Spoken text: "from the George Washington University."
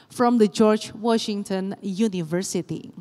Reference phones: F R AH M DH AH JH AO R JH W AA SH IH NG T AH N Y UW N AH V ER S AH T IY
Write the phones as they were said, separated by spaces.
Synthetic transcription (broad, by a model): F R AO M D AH JH AO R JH W AA SH IH NG T AH N Y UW N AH V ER S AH T IY